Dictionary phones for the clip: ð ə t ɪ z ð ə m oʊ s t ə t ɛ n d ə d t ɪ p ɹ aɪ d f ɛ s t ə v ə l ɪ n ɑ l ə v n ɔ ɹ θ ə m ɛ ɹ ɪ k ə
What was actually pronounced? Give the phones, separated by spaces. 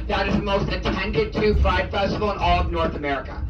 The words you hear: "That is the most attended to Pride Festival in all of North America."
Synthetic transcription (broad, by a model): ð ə t ɪ z ð ə m oʊ s t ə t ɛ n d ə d t ɪ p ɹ aɪ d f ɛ s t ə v l ɪ n ɑ l ə v n ɔ ɹ θ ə m ɛ ɹ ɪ k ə